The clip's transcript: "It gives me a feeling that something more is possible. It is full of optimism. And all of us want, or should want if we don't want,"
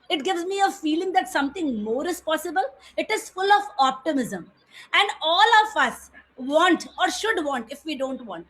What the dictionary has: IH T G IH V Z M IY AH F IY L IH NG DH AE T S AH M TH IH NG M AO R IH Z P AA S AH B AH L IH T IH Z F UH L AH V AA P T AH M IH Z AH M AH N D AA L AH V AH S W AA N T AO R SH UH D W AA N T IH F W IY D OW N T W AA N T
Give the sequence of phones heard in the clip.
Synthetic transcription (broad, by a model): IH T G IH V Z M IY AH F IY L IH NG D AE T S AH M T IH NG M AO R IH Z P AA S AH B AH L IH T IH Z F UH L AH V AA P T AH M IH Z AH M AH N D AA L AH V AH S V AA N T AO R SH UH D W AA N T IH F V IY D OW N T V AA N T